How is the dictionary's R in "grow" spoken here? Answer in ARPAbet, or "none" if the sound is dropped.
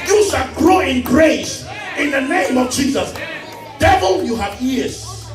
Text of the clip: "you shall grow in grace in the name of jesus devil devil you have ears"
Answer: R